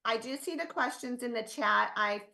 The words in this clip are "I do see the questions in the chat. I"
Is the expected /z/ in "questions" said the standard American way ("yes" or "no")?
yes